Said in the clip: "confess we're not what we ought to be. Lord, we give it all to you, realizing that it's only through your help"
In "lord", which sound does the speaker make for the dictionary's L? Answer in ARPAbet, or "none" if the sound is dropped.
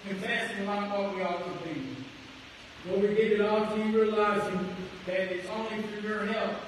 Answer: W